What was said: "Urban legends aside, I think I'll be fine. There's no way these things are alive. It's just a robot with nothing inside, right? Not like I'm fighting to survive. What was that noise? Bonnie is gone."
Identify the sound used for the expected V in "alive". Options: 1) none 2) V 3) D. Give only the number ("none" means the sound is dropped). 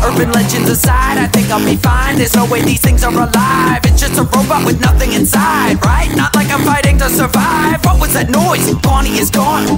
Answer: 2